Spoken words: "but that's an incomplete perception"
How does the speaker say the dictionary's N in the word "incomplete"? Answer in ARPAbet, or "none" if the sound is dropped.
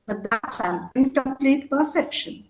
none